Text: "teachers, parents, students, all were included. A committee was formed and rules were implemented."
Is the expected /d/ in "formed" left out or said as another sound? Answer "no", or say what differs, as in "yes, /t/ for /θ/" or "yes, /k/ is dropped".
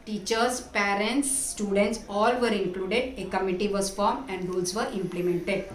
yes, /d/ is dropped